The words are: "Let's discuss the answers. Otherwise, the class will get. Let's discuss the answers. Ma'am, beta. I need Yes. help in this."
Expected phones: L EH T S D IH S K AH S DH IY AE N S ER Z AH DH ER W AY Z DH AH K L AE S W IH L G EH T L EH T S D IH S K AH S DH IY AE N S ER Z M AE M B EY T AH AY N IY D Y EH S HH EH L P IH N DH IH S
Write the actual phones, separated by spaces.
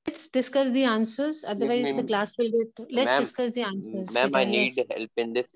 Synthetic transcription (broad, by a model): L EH T S D IH S K AH S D IY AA N S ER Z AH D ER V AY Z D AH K L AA S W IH L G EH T L EH T S D IH S K AH S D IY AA N S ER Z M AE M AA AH N IY D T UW HH EH L P IH N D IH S